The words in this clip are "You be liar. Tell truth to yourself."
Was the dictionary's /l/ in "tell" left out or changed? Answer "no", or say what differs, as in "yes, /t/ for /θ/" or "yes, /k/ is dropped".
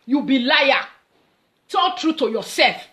yes, /n/ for /l/